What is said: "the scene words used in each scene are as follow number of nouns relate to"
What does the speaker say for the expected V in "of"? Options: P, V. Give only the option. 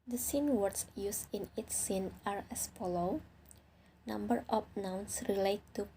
P